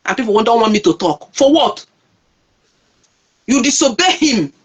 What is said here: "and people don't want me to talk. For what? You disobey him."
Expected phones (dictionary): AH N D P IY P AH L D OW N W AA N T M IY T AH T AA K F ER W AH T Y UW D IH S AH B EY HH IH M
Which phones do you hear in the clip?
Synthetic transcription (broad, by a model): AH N P IY P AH N D OW N W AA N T M IY T AH T AA K F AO W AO T Y UW D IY S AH B EY HH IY M